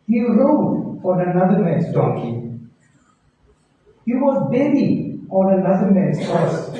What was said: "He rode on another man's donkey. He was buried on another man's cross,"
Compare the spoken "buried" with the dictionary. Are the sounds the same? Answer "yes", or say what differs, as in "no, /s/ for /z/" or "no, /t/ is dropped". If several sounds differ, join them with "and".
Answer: no, /d/ is dropped